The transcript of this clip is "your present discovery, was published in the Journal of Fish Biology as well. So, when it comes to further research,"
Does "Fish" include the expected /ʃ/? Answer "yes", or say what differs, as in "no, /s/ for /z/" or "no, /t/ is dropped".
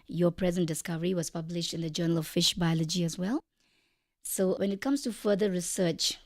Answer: yes